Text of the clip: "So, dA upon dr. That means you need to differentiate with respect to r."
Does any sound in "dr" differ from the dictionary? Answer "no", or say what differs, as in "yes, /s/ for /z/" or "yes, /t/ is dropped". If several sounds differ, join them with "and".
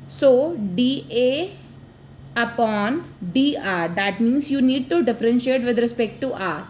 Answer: yes, /k/ is dropped